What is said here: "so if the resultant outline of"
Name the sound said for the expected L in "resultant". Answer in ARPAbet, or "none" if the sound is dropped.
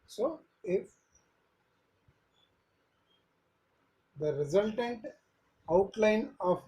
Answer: L